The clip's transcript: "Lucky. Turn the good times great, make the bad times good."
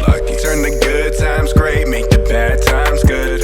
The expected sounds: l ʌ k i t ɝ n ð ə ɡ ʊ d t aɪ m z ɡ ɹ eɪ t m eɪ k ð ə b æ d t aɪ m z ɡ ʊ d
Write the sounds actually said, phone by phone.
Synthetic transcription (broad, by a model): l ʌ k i s ɝ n ð ə ɡ ʊ d t aɪ m z ɡ ɹ eɪ t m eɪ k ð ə b æ d t aɪ m z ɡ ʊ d